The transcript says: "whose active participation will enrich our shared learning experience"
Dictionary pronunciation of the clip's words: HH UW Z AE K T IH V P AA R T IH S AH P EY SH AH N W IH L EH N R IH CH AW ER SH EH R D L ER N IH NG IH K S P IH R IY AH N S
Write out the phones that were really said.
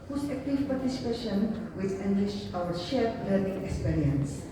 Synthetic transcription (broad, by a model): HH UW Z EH K T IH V P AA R T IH S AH P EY SH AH N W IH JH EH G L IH SH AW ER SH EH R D L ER N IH NG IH K S P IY R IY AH N S